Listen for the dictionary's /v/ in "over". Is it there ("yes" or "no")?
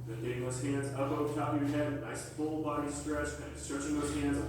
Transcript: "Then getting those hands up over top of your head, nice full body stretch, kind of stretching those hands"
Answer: no